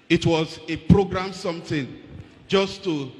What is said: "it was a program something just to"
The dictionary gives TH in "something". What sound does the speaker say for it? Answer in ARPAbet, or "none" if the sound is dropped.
T